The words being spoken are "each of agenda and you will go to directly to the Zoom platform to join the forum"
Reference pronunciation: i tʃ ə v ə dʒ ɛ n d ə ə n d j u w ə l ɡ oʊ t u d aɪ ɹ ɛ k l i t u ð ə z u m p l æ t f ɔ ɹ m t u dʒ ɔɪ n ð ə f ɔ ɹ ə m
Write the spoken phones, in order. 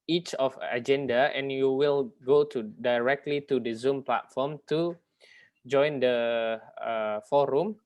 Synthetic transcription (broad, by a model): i tʃ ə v ə dʒ ɛ n d ə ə n j u w ə l ɡ oʊ t u d aɪ ɹ ɛ k l i t u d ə z u m p l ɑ t f ɔ m t u dʒ ɔɪ n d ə f ɔ ɹ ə m